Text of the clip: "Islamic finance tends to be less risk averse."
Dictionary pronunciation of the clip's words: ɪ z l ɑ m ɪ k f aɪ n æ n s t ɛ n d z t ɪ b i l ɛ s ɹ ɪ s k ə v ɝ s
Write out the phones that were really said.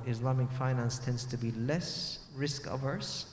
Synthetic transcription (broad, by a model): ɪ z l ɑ m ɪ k f aɪ n æ n s t ɛ n d z t ɪ b i l ɛ s ɹ ɪ s k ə v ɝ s